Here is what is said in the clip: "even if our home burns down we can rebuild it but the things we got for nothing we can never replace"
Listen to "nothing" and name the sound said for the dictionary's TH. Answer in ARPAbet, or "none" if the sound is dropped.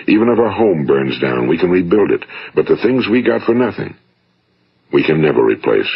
TH